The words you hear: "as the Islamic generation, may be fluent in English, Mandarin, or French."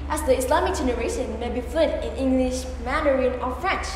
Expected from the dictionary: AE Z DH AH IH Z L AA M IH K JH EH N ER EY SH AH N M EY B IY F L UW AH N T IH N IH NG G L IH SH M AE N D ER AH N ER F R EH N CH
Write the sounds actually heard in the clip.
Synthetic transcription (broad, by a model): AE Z DH AH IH S L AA M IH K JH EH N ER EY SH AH N M EY B IY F L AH T IH N IH NG G L IH SH M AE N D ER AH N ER F R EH N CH